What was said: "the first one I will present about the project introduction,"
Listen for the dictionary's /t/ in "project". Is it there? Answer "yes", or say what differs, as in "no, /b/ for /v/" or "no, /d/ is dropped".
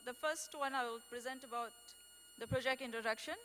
yes